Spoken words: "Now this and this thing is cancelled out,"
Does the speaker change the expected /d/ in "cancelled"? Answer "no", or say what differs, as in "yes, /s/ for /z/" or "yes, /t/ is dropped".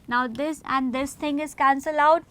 yes, /d/ is dropped